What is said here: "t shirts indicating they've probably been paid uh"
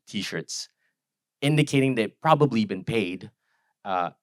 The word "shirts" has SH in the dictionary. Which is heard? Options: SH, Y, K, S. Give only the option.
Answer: SH